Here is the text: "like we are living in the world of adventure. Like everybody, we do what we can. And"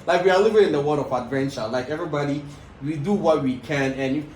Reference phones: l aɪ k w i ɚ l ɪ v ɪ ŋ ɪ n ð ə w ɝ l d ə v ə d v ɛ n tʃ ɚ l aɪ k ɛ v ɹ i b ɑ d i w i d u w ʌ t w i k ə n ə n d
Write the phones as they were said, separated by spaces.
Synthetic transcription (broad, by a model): l aɪ k w i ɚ l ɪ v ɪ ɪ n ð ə w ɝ d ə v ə d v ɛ n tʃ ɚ l aɪ k ɛ v ɹ i b ɑ d i w i d u w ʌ t w i k ə n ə n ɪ